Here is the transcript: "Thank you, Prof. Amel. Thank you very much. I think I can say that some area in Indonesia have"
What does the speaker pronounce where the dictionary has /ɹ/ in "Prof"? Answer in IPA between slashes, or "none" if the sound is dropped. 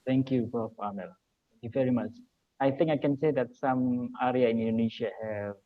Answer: none